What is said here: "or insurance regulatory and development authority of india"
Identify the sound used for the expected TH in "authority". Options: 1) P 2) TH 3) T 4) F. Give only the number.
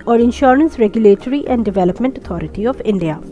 3